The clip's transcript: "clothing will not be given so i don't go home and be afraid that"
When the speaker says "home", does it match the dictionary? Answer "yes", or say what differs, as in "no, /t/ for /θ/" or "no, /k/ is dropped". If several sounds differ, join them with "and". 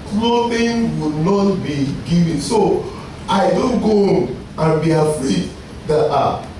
no, /m/ is dropped